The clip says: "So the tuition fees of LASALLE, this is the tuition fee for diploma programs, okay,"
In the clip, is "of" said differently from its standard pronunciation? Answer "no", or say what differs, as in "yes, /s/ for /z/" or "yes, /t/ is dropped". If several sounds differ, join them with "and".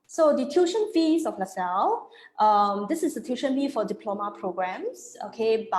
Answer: yes, /f/ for /v/